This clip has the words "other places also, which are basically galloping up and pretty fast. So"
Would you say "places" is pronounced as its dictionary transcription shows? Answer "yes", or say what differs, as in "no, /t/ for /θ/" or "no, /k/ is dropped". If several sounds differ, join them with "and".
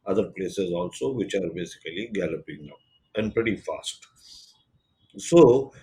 yes